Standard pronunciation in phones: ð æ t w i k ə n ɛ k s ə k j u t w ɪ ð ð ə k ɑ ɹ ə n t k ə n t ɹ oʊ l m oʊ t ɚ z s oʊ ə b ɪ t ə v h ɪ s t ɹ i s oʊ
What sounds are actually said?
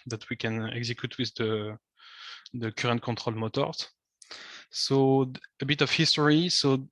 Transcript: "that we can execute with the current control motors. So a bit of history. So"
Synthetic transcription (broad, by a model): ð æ t w i k ə n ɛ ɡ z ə k j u t w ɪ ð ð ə k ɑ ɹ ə n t k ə t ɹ oʊ l m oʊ t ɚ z s oʊ ə b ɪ t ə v h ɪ s t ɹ i s oʊ